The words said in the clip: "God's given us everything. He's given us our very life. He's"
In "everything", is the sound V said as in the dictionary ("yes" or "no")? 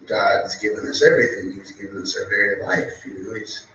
yes